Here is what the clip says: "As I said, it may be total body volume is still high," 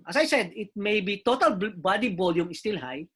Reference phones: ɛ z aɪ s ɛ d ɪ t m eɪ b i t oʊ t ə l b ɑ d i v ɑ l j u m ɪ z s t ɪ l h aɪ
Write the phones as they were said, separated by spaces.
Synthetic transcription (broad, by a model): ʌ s aɪ s ɛ d ɪ t m eɪ b i t oʊ t ə l b ɑ d i b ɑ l j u m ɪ s t ɪ l h aɪ